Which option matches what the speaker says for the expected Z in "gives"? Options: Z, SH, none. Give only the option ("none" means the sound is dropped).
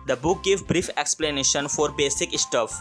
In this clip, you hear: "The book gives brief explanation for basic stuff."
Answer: none